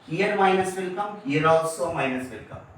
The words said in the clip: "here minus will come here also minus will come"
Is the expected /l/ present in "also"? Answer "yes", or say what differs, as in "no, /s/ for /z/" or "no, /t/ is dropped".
no, /l/ is dropped